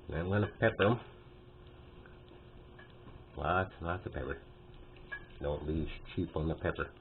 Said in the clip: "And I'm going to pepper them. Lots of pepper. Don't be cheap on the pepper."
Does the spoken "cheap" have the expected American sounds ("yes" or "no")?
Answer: yes